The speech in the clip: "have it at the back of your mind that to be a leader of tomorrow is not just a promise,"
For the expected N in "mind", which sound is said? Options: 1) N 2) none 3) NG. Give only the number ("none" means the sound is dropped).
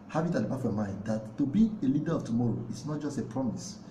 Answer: 1